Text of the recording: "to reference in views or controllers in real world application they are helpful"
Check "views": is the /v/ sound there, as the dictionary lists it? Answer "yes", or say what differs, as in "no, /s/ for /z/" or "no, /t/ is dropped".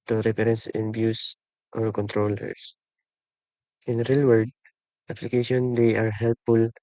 no, /b/ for /v/